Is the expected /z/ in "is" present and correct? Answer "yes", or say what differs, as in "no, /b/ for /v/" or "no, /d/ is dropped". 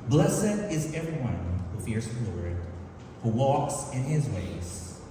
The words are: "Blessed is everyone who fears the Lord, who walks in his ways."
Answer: yes